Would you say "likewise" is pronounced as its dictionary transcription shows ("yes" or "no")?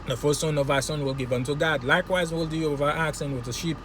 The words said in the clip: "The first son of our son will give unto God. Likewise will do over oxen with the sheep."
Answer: yes